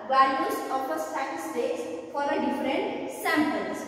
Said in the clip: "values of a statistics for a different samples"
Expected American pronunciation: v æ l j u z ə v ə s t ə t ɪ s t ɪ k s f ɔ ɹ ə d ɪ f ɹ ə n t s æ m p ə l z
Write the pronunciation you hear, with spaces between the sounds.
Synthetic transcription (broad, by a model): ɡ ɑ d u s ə p ə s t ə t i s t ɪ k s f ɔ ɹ ə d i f ɹ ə n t s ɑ m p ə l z